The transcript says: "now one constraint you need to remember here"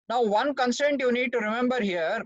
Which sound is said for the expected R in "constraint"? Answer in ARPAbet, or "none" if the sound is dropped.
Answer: none